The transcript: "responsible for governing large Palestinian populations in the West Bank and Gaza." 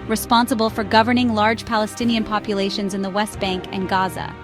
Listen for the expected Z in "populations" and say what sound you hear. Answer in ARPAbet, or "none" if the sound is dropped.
Z